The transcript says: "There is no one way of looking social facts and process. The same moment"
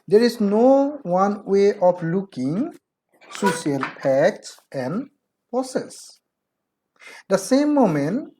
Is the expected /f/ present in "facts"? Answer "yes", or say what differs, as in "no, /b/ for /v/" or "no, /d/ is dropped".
no, /p/ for /f/